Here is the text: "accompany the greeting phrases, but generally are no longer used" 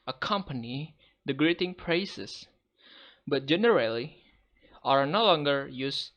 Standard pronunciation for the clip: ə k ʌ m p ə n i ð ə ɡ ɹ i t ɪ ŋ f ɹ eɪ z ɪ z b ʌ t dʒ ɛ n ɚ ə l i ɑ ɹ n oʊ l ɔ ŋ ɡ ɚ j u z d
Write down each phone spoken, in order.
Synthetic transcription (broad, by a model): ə k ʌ m p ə n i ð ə ɡ ɹ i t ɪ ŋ p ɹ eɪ s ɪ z b ʌ t dʒ ɛ n ɚ ə l i ɑ ɹ n oʊ l ɔ ŋ ɡ ɚ j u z